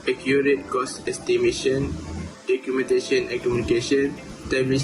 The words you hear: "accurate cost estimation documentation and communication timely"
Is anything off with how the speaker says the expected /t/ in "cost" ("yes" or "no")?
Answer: yes